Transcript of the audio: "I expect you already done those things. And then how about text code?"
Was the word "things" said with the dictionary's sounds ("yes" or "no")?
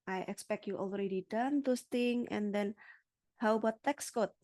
no